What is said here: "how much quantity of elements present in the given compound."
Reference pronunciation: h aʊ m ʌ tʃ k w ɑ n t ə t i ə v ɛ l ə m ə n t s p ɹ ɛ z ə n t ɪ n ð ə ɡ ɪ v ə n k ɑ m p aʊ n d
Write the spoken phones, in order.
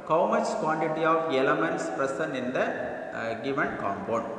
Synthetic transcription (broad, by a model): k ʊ m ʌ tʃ k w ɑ n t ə t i ə v ɛ l ə m ə n t s p ɹ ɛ s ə n ɪ n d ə ɡ ɪ v ə n k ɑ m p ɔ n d